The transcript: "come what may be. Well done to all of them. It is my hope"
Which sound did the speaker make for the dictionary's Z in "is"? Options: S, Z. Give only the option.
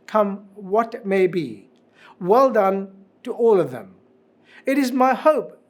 Z